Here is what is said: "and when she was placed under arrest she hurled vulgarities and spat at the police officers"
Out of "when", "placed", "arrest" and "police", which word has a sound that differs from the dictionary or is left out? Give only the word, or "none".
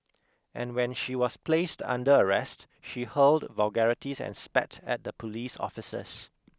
none